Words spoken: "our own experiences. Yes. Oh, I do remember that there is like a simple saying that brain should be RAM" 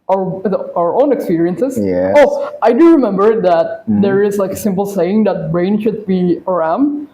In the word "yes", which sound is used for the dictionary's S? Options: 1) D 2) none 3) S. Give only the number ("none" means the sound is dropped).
2